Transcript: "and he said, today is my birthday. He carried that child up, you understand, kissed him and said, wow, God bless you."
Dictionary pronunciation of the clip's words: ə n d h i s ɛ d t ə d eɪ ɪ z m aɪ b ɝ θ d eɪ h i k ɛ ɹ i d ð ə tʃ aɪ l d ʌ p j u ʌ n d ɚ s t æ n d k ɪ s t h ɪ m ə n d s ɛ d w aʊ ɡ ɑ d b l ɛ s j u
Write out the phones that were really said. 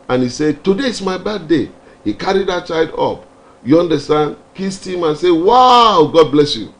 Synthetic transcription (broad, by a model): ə n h i s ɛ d t ə d eɪ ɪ s m aɪ b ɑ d eɪ h i k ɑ ɹ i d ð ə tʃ aɪ d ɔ p j u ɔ n d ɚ s t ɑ n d k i s t h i m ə n s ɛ w aʊ ɡ ɑ d b l ɛ s j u